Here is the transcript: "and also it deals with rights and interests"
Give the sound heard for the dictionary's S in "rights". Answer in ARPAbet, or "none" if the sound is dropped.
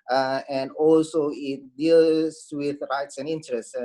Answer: S